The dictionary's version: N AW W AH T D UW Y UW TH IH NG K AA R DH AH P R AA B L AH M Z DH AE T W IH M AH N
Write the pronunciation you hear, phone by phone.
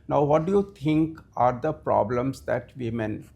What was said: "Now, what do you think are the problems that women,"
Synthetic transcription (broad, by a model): N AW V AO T D UW Y UW T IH NG K AA R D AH P R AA B L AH M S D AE T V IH M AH N